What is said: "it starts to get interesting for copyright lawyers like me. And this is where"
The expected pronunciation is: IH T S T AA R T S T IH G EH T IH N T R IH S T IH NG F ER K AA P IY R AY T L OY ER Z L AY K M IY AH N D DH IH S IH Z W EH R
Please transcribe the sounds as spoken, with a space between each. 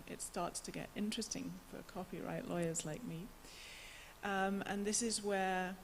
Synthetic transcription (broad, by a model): IH T S T AA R T S T IH G EH T IH N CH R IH S T IH NG F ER K AA P IY R AY T L OY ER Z L AY K M IY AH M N DH IH S IH Z W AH R